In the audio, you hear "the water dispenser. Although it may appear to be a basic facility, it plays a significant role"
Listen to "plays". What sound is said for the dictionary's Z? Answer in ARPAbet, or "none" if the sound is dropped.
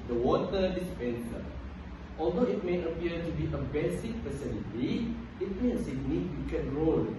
none